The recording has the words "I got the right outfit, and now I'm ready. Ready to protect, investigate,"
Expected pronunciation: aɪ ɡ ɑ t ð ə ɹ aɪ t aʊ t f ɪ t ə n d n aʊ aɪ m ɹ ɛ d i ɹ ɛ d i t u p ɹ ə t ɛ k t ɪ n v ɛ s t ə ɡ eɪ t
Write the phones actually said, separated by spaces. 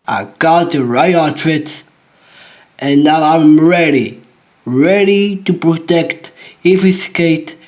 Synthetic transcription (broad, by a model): aɪ ɡ ɑ t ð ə ɹ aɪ aʊ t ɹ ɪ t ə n n aʊ aɪ m ɹ ɛ d i ɹ ɛ d i t u p ɹ ə t ɛ k t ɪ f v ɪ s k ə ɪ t